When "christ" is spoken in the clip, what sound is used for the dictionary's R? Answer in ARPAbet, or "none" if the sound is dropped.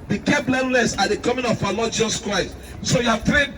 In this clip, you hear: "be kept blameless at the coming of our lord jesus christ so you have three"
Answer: R